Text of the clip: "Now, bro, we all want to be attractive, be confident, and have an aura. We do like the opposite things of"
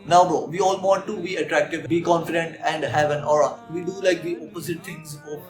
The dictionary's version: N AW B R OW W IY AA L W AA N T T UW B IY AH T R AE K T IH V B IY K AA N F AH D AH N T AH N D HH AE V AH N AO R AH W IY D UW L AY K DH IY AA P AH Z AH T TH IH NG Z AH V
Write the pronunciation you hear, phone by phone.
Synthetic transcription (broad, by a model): N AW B OW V IY AA L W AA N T T UW B IY AH T R AE K T IH V B IY K AA N F AH D AH N T AH N D HH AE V AH N AO R AH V IY D UW L AY K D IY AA P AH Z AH T T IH NG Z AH